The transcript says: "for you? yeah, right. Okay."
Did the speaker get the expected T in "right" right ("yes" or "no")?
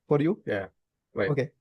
no